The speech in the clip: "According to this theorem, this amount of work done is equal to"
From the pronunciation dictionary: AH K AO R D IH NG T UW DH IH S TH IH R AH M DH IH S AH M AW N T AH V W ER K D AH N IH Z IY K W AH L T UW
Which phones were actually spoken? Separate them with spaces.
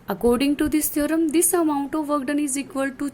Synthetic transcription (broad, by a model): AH K AO R D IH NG T UW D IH S T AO R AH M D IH S AH M AW N T AH V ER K D AH N IH Z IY K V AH L T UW